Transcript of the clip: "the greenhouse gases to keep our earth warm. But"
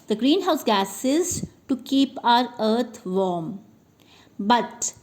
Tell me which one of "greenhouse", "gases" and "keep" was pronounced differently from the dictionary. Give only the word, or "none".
none